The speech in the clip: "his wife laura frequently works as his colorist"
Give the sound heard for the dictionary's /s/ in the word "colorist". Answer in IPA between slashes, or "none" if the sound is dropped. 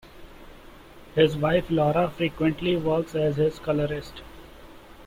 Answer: /s/